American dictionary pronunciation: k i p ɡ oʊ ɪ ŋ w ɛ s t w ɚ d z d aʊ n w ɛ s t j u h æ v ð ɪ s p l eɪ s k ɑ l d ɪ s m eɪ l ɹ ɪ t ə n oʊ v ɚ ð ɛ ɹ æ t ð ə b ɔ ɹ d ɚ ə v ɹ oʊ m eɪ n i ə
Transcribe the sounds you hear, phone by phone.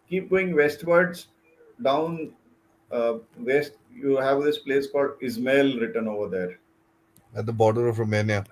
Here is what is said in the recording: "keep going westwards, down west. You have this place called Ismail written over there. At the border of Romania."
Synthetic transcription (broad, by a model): k i p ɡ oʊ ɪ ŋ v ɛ s t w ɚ d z d aʊ n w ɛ s t j u h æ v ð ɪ s p l eɪ s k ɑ d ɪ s m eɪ l ɹ ɪ t ə n oʊ v ɚ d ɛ ɹ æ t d ə b ɔ ɹ d ɚ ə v ɹ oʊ m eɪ n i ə